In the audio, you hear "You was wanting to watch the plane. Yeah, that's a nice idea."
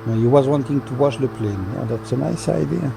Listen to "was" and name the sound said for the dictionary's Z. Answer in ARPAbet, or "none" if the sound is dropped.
Z